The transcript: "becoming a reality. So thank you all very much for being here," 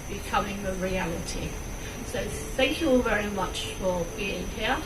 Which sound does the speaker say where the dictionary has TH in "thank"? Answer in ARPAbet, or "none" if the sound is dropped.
TH